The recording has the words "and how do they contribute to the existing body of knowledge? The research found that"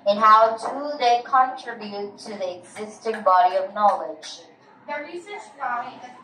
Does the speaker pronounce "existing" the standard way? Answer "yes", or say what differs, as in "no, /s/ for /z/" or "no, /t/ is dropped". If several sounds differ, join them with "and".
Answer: yes